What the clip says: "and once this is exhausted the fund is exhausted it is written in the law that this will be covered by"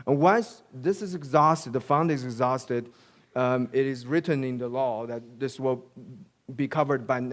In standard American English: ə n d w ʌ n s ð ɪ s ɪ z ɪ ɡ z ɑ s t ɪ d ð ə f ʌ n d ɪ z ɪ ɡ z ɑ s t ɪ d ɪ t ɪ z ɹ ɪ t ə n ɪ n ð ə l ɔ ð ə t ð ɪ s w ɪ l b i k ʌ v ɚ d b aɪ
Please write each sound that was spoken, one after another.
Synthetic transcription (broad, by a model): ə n w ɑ s ð ɪ s ɪ z ɪ ɡ z ɑ s t ɪ d ð ə f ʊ n d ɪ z ɪ ɡ z ɑ s t ɪ d ɪ t ɪ z ɹ ɪ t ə n ɪ n ð ə l ɔ ð ə t ð ɪ s w ɪ l b i k ʌ v ɚ d b aɪ